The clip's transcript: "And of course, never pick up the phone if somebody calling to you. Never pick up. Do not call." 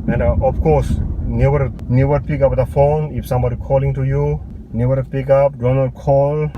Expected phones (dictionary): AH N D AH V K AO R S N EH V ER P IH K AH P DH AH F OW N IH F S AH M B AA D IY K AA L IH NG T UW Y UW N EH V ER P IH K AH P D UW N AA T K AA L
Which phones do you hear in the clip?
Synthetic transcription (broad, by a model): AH N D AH F K AO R S N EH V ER P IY K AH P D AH F OW N IH F S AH M B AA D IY K AA L IH NG T UW Y UW N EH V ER P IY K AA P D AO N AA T K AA L